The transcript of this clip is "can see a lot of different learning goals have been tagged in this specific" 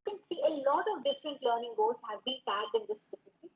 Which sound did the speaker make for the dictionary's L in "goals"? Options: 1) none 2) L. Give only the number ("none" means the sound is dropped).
1